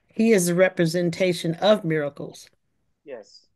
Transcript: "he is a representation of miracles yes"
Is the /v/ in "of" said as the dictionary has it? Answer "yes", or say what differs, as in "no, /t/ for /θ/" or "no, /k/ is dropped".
yes